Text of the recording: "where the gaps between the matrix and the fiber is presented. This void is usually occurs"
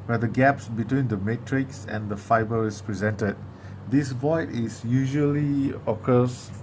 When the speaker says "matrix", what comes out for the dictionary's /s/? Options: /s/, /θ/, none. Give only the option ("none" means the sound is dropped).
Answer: /s/